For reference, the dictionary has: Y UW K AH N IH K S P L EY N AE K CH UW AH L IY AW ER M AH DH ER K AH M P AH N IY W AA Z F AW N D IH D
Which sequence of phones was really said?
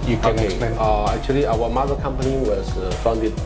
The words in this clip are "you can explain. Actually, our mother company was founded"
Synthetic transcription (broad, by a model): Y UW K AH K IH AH AE K CH UW AH L IY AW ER M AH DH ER K AH M P AH N IY W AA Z F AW N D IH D